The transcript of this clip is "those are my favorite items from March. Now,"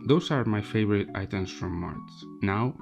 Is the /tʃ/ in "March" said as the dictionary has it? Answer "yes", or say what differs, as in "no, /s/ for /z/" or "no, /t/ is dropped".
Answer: no, /s/ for /tʃ/